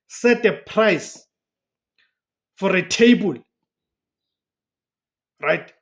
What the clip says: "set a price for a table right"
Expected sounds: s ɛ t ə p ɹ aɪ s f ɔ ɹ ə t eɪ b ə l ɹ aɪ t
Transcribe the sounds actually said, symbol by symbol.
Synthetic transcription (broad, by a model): s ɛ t ə p ɹ aɪ s f ɔ ɹ ə t eɪ b ə l ɹ aɪ t